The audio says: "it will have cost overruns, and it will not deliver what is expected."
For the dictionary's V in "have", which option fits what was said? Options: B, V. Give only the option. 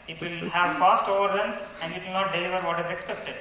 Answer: V